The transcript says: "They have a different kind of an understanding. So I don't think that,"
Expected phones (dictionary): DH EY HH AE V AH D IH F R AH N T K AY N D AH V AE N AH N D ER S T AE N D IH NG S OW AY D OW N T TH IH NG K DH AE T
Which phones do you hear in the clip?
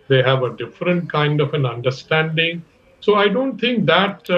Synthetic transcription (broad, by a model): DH EY HH AE V AH D IH F R AH N T K AY N D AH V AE N AH N D ER S T AE N D IH NG S OW AY D OW N T T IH NG K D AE T